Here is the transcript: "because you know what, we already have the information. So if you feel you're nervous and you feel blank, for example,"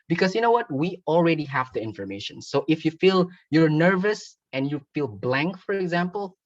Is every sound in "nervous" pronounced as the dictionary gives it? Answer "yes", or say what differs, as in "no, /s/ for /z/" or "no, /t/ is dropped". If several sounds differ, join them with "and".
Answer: yes